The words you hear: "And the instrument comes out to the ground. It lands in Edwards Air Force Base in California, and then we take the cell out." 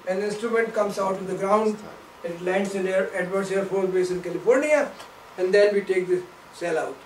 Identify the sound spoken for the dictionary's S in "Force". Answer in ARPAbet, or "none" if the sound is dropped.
none